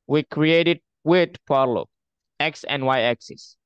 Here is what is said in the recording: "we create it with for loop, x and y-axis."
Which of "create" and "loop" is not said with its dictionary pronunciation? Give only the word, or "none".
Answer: loop